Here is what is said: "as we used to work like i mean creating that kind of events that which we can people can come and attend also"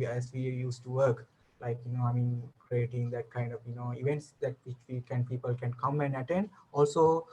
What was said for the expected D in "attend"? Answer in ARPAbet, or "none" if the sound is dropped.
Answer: D